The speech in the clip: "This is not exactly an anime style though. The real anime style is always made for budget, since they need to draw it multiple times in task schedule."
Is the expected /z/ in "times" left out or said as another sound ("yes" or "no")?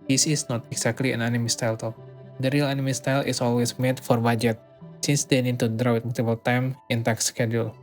yes